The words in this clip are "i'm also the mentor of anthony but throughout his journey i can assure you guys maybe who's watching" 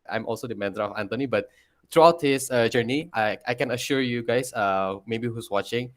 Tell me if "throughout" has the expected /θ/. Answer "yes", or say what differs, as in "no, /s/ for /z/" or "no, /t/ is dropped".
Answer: no, /t/ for /θ/